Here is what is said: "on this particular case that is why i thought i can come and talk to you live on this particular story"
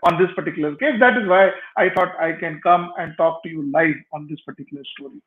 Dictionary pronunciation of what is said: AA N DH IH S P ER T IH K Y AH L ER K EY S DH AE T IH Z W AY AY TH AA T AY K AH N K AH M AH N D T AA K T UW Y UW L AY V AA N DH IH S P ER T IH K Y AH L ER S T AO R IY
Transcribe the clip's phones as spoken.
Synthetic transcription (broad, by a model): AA N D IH S P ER T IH K Y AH L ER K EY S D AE T IH Z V AY AY T AA T AY K AH N K AH M AH N D T AA K T UW Y UW L AY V AA N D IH S P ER T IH K Y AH L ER S T AO R IY